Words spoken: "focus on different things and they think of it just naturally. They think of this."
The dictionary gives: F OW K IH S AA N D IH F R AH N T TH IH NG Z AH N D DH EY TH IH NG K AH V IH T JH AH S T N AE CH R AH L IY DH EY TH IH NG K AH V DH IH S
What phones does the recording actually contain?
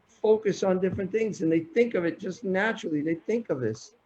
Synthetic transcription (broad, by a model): F OW K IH S N D IH F R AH N TH IH NG Z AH N DH EY TH IH NG K AH V IH T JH AH S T N AE CH R L IY DH EY TH IH NG K AH V DH IH S